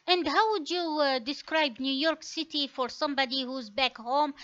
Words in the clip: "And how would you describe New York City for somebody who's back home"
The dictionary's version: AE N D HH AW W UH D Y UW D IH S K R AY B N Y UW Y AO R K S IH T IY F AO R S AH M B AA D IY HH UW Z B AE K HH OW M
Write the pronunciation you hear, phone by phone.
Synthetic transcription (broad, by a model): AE N D HH AW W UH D Y UW D IH S K R AY B N Y UW Y AO R K S IH T IY F AO R S AH M B AA D IY HH UW Z B AE K HH OW M